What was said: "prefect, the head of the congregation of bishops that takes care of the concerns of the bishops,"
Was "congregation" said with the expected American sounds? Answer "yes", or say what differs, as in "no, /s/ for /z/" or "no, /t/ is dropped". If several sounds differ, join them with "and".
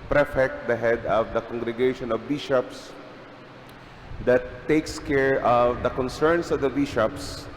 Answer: yes